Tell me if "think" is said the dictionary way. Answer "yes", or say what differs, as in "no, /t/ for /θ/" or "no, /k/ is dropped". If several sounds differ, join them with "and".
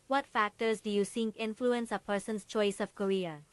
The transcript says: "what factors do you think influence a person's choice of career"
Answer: no, /s/ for /θ/